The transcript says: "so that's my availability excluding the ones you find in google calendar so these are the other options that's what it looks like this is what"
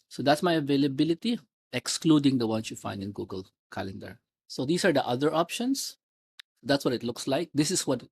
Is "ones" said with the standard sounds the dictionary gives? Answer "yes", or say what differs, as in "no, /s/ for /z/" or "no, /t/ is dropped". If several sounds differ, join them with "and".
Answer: no, /s/ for /z/